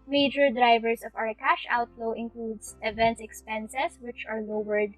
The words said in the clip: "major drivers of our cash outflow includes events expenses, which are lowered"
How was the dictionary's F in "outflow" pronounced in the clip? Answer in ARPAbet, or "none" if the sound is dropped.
none